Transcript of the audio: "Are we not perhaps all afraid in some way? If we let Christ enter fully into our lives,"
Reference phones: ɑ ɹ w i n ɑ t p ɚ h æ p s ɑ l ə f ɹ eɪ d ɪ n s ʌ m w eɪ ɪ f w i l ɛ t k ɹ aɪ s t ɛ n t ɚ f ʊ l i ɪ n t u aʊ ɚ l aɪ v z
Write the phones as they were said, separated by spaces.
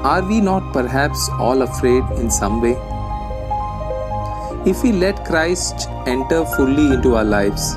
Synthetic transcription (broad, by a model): ɑ ɹ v i n ɑ t p ɚ h æ p s ɑ l ə f ɹ eɪ d ɪ n s ʌ m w eɪ ɪ f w i l ɛ t k ɹ aɪ s t ɛ n t ɚ f ʊ l i ɪ n t u aʊ ɚ l aɪ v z